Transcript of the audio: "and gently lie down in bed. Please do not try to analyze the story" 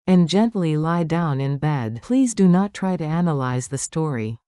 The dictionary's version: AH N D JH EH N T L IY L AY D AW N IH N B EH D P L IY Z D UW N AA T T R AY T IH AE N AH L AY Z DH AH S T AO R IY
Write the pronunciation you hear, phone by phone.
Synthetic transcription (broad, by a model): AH N JH EH N T L IY L AY D AW N IH N B EH D P L IY Z D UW N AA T T R AY T IH AE N AH L AY Z DH AH S T AO R IY